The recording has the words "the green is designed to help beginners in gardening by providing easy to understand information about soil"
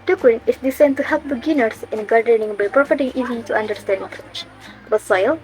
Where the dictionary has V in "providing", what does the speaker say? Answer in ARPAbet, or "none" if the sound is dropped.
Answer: F